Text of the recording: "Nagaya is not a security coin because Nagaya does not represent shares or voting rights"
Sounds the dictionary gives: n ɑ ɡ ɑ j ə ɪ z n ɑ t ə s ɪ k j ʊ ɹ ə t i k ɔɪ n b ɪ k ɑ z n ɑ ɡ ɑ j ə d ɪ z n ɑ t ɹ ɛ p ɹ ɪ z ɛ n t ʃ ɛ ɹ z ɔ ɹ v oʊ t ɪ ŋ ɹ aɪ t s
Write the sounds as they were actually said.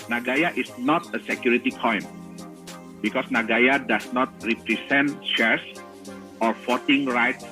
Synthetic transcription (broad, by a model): n ɑ ɡ ɑ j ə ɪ s n ɑ t ə s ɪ k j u ɹ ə t i k ɔɪ n b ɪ k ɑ s n ɑ ɡ ɑ j ə d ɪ s n ɑ t ɹ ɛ p ɹ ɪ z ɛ n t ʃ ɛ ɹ s ɔ ɹ f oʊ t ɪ ŋ ɹ aɪ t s